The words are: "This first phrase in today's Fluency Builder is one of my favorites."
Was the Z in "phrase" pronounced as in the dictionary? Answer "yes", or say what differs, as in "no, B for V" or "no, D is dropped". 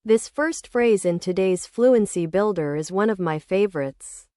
yes